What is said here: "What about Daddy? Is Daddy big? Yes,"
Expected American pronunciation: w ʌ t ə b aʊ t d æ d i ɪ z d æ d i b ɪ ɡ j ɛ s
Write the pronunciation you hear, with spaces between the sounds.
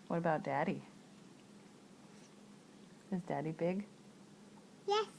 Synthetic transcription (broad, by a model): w ʌ t ə b aʊ t d æ d i ɪ z d æ d i b ɪ ɡ j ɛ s